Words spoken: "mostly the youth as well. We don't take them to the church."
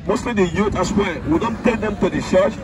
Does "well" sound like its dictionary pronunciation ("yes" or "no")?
no